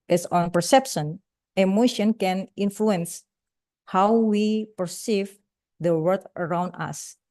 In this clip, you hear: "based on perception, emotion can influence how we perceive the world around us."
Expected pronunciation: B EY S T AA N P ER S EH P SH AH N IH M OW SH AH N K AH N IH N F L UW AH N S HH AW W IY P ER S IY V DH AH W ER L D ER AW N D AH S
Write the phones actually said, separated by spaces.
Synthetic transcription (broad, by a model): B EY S AA N P ER S EH P SH AH N IH M OW SH AH N K AH N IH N F L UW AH N S HH AW W IY P ER S IY V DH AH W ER D ER AW N D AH S